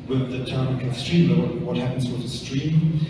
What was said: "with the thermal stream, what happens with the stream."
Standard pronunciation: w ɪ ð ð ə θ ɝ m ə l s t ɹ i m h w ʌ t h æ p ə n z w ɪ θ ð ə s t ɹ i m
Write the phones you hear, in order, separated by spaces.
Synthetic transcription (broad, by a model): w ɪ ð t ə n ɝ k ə s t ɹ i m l w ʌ t h æ p ə n z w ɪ ð ə s t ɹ i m